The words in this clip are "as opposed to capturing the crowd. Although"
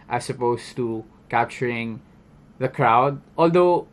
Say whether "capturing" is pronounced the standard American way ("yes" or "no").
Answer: yes